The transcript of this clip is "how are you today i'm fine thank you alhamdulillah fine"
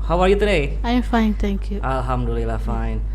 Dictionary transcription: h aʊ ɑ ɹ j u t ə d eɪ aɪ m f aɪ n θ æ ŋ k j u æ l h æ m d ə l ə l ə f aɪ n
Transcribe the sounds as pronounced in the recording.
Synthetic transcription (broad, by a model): h aʊ ɑ ɹ j u t ə d eɪ aɪ m f aɪ n t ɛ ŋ k j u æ l h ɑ m d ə l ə l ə f aɪ n